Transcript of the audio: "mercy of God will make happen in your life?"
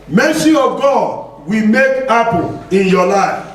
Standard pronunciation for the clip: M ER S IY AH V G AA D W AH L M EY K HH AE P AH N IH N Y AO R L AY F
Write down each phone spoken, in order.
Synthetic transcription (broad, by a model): M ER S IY AH V G AA D W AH M EY K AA P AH L IH N Y AO L AY F